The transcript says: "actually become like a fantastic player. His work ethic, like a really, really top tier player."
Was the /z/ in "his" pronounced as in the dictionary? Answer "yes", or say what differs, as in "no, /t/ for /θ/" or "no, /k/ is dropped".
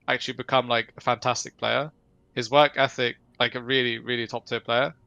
yes